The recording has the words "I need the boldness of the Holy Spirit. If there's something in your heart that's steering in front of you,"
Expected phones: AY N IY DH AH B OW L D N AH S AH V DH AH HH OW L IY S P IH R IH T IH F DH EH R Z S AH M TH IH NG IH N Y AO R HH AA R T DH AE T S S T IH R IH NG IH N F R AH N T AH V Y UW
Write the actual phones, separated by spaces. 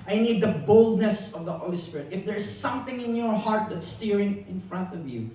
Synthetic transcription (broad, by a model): AY N IY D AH B OW L D N AH S AH V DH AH HH OW L IY S P IH R IH T IH F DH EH R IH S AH M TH IH NG IH N Y AO R HH AA R T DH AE T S S T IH R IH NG IH N F R AH N T AH V Y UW